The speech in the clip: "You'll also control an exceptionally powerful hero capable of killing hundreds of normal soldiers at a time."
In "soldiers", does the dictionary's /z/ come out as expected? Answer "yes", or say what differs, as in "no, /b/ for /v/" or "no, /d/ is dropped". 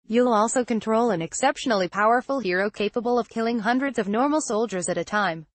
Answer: yes